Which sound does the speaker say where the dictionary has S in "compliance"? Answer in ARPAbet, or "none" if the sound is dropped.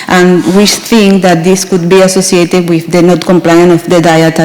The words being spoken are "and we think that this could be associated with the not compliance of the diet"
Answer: none